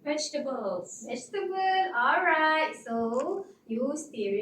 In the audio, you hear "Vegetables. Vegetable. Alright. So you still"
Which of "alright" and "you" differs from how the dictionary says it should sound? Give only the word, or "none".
none